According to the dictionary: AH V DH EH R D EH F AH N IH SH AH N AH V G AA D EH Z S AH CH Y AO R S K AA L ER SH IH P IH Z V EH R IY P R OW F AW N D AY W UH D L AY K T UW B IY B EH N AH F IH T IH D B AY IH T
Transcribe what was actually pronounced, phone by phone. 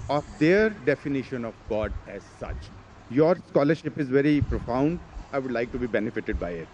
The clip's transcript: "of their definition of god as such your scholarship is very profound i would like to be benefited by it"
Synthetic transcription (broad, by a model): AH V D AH R D EH F AH N IH SH AH N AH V G AA D EH Z S AH CH Y AO R S K AA L ER SH IH P IH Z V EH R IY P R OW F AW N D AY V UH D L AY K T UW B IY B EH N AH F IH T IH D B AY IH T